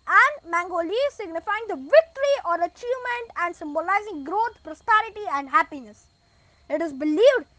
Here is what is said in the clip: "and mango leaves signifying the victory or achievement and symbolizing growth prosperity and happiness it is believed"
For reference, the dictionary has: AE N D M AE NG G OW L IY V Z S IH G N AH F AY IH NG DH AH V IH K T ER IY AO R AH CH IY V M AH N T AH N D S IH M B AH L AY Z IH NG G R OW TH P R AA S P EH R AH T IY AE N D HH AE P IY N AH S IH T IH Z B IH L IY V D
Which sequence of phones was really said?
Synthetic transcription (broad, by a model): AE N D M AE NG G OW L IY Z S IH G N AH F AY IH NG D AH V IH K T ER IY AO R AH CH IY V M AH N T AH N D S IH M B AH L AY Z IH NG G R OW T P R AA S P EH R AH T IY AE N D HH AE P IY N AH S IH T IH Z B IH L IY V D